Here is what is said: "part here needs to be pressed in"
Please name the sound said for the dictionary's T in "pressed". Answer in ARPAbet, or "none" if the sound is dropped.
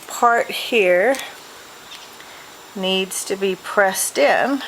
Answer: T